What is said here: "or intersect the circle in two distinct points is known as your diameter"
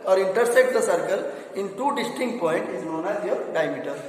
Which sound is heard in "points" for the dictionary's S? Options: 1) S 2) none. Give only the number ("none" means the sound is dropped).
2